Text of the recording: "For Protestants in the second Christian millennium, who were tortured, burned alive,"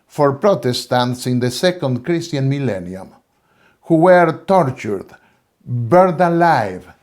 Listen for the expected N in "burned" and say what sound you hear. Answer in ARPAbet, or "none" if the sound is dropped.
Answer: none